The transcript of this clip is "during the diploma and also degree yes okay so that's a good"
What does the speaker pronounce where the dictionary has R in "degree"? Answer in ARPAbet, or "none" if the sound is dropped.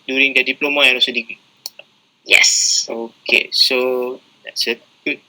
none